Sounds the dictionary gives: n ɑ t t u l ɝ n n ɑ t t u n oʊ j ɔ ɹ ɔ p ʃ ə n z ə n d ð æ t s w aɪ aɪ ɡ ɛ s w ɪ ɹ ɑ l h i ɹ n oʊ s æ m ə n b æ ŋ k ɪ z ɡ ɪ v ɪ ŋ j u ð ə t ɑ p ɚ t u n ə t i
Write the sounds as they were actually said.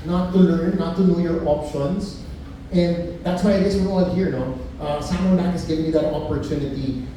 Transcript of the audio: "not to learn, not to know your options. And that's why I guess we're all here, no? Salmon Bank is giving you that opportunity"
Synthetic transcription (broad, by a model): n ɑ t t u l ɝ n n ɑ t t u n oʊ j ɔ ɹ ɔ p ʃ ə n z ə n d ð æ t s w aɪ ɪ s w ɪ l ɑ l h i ɹ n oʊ s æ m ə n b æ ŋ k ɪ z ɡ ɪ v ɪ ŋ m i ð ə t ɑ p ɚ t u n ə t i